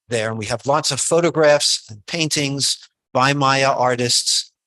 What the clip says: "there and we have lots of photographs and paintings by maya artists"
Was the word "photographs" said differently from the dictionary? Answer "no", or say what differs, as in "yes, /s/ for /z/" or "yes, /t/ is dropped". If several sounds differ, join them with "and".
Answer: no